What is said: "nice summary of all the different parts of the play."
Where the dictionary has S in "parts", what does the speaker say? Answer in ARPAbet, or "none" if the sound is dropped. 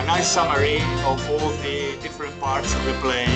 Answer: S